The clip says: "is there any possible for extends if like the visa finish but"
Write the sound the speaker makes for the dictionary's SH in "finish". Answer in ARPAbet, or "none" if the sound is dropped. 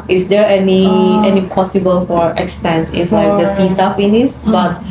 S